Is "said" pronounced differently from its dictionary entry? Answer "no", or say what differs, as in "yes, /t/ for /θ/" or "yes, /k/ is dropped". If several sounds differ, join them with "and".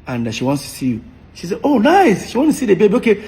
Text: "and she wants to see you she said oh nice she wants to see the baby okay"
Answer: yes, /d/ is dropped